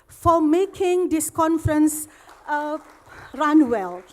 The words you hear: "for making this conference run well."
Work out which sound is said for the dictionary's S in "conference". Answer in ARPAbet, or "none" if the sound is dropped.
S